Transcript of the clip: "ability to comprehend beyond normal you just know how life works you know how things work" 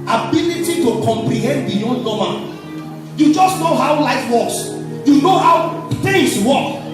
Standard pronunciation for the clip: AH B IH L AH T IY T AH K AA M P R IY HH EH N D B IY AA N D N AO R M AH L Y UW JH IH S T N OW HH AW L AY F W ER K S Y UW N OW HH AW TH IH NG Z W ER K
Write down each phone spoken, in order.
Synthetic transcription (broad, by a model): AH B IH L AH T IY T AH K AA M P R IY HH EH N D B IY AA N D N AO M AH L Y UW JH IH S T N OW HH AW L AY F W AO K S Y UW N OW HH AW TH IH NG S W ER K